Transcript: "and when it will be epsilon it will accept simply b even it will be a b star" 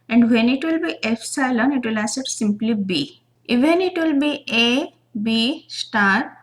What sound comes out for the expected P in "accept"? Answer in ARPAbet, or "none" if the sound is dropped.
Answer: none